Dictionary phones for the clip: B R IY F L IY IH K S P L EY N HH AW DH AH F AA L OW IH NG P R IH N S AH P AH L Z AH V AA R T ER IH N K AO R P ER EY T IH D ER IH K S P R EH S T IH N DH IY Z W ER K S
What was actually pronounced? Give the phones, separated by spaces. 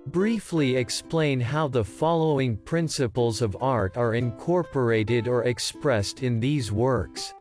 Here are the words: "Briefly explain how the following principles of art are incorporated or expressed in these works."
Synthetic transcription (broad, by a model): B R IY F L IY IH K S P L EY N HH AW DH AH F AA L OW IH NG P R IH N S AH P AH L Z AH V AA R T ER IH N K AO R P ER EY T IH D ER IH K S P R EH S T IH N DH IY Z W ER K S